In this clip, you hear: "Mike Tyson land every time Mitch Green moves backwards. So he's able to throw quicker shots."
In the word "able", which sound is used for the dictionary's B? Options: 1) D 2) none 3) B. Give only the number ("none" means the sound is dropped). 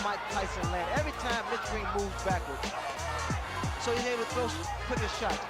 2